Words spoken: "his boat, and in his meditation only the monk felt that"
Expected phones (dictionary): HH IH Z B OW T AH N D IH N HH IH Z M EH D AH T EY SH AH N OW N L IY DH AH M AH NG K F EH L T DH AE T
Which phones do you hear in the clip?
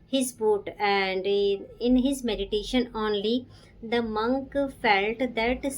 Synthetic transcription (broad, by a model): HH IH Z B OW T AH N D IH N HH IH Z M EH D AH T EY SH AH N OW N L IY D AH M AH NG K F EH L T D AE T